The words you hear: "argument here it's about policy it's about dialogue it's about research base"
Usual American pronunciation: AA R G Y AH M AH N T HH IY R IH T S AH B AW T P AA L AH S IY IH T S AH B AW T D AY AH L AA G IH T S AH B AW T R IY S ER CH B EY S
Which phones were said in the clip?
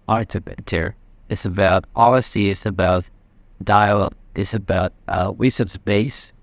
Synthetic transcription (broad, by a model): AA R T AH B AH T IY R IH T S AH B AW T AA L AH S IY IH T S AH B AW T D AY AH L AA IH T S AH B AW T W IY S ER S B EY S